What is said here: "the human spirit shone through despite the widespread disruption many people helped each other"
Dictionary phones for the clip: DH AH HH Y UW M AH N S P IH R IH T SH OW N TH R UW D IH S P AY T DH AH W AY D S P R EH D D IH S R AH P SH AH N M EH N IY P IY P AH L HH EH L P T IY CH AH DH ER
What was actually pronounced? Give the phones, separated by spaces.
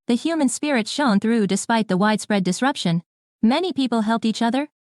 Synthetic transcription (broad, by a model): DH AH HH Y UW M AH N S P IH R IH T SH OW N TH R UW D IH S P AY T DH AH W AY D S P R EH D D IH S R AH P SH AH N M EH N IY P IY P L HH EH L P T IY CH AH DH ER